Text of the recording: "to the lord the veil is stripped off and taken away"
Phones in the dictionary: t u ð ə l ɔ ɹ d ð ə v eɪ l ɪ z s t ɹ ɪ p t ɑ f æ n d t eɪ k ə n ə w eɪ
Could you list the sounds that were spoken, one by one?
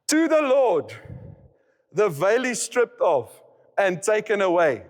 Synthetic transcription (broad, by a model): t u ð ə l ɔ d ð ə v eɪ l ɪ s t ɹ ɪ p t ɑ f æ n t eɪ k ə n ə w eɪ